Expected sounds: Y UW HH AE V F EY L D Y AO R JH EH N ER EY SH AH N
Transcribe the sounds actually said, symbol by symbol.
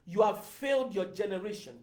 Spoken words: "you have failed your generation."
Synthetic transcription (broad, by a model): Y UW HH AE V F EY L D Y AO JH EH N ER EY SH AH N